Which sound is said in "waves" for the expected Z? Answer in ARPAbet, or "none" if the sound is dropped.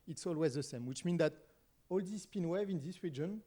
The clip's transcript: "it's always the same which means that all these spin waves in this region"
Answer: none